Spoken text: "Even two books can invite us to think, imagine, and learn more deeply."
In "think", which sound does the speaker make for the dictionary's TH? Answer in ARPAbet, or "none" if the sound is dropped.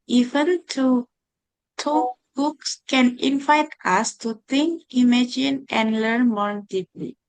T